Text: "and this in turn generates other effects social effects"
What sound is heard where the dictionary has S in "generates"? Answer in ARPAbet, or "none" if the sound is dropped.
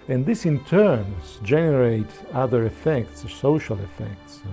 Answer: none